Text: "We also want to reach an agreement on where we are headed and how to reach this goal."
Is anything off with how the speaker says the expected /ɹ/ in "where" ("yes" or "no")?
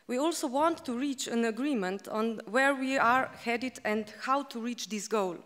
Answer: no